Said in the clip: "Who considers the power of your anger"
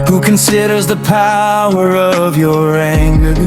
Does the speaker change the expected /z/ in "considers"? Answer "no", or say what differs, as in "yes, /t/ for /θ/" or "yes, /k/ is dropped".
no